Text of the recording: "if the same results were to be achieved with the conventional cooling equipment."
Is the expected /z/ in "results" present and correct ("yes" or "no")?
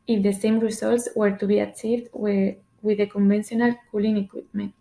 no